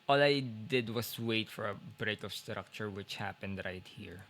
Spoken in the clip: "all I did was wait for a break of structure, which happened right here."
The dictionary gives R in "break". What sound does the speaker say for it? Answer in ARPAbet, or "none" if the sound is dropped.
R